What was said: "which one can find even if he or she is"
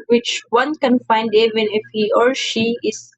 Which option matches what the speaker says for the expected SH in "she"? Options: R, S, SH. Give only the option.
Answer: SH